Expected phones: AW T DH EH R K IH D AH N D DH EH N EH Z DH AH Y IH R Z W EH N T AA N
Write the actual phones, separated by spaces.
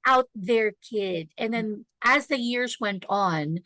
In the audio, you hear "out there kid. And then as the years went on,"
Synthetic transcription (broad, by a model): AW T DH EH R K IH D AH N DH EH N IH Z DH AH Y IH R Z W EH N T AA N